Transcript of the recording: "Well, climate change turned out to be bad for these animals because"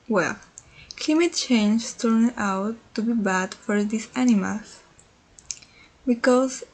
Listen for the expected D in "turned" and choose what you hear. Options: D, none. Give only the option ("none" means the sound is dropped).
none